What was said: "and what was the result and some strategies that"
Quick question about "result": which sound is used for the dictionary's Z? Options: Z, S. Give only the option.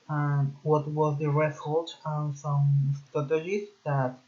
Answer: S